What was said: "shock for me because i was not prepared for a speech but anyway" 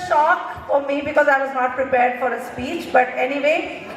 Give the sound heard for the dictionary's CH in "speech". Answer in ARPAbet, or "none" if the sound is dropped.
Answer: CH